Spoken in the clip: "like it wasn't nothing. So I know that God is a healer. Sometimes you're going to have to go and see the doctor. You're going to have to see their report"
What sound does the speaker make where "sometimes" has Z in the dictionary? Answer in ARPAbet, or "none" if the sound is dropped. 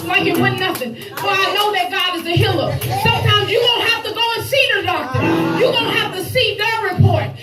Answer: Z